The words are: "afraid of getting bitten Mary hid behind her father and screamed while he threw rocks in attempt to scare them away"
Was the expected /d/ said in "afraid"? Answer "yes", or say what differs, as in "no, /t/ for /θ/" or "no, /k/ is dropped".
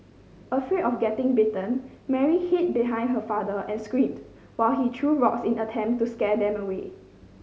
no, /d/ is dropped